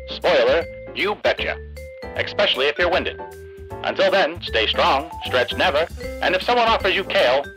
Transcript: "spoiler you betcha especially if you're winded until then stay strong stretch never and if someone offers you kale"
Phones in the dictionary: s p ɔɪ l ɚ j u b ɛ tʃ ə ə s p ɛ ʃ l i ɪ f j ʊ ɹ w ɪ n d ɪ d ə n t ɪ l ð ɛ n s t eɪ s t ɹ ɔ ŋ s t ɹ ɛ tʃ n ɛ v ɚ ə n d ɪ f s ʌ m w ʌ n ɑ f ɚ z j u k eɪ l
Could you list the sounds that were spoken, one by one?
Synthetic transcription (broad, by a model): s p ɔɪ l ɚ j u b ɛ tʃ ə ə s p ɛ ʃ l i ɪ f j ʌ ɹ w ɪ n d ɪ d ə n t ɪ l ð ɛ n s t eɪ s t ɹ ɔ ŋ s t ɹ ɛ tʃ n ɛ v ɚ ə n ɪ f s ʌ m w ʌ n ɑ f ɚ z j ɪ k eɪ l